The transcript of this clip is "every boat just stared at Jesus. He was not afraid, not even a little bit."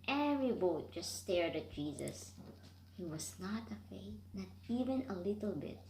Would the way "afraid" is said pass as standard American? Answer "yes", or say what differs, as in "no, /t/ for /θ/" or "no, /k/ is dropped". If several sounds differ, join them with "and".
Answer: no, /ɹ/ is dropped